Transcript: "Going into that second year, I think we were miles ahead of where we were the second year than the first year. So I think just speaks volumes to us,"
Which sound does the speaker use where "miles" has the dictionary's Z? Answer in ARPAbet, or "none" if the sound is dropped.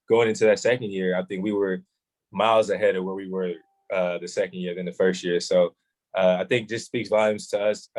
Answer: Z